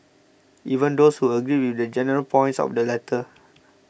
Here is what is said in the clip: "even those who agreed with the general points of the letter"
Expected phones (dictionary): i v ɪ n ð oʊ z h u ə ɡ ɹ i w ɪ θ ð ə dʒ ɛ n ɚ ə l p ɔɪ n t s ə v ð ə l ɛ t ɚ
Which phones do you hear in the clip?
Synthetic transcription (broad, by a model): i v ɪ n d oʊ s h u ə ɡ ɹ i w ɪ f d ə dʒ ɛ n ɚ ə l p ɔɪ n t s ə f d ə l ɛ t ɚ